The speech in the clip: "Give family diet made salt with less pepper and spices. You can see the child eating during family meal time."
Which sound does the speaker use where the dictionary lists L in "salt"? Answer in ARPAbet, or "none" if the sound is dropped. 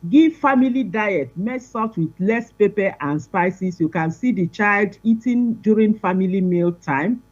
none